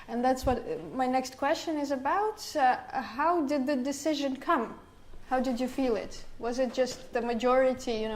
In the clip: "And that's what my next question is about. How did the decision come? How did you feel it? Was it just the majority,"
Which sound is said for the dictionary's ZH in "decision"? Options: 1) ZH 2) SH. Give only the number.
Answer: 1